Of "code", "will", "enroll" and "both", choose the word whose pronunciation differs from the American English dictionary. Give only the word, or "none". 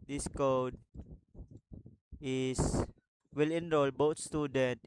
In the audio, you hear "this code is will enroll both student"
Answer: both